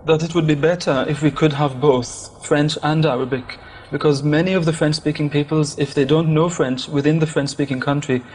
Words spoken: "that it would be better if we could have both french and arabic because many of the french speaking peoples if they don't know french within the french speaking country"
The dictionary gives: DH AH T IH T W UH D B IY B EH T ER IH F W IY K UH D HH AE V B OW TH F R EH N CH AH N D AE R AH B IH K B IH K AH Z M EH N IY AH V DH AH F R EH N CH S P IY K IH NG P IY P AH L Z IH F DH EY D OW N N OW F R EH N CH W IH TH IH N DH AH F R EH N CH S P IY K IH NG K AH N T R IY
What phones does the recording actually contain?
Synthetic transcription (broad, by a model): DH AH T IH T W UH D B IY B EH T ER IH F W IY K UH D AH V B OW TH F R EH N CH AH N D AE R AH B IH K B IH K AH Z M EH N IY AH V DH AH F R EH N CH S P IY K IH NG P IY P AH L Z IH F DH EY D OW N N OW F R EH N CH W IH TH IH N DH AH F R EH N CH S P IY K IH NG K AH N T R IY